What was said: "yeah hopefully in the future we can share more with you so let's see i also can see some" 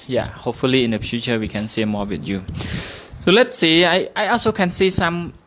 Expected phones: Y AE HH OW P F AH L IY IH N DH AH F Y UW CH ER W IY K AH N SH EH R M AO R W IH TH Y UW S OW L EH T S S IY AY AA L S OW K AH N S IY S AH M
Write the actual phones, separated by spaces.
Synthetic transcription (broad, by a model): Y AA HH OW P F AH L IY IH N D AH F Y UW CH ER W IY K AH N S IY M AO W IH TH Y UW S OW L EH T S S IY AY AA L S OW K AH N S IY S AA M